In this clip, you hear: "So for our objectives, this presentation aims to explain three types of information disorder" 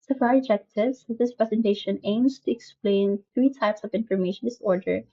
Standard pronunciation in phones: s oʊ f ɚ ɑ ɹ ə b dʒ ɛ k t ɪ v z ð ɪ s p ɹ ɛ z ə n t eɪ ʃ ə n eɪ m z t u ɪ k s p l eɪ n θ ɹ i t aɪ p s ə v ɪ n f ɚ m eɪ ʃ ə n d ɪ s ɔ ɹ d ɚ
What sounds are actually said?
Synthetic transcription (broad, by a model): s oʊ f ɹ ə dʒ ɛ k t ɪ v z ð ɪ s p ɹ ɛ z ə n t eɪ ʃ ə n eɪ m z t u ɪ k s p l eɪ n θ ɹ i t aɪ p s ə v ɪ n f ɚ m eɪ ʃ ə n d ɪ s ɔ ɹ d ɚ